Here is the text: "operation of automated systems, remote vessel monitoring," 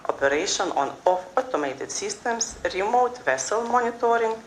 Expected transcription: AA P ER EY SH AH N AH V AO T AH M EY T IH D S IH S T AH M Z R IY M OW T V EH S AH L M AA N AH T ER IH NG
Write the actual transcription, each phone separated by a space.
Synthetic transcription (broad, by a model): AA P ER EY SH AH N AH F AO T AH M EY T IH D S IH S T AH M S R IY M OW T V EH S AH L M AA N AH T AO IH NG